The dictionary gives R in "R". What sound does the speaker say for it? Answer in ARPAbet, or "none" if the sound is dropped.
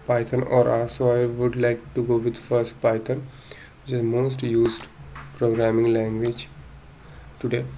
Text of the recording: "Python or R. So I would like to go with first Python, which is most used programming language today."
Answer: L